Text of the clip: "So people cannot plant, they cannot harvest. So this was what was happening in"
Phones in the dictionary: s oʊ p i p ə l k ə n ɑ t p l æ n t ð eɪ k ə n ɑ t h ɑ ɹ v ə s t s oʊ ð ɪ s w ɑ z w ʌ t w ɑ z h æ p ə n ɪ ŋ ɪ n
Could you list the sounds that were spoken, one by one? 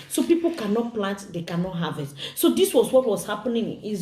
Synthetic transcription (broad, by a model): s oʊ p i p ə l k ə n ɑ t p l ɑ n t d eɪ k ə n ɑ t h ɑ v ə t s oʊ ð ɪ s w ɑ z w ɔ t w ɑ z h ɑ p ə n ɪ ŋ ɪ